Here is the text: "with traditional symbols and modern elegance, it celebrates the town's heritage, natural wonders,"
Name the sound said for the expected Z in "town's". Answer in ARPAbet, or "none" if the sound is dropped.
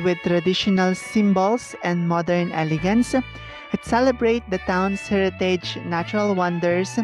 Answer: S